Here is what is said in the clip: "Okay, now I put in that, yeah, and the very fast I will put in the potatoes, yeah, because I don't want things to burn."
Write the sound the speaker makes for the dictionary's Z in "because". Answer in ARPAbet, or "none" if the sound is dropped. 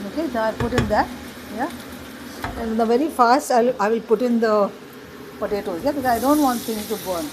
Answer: none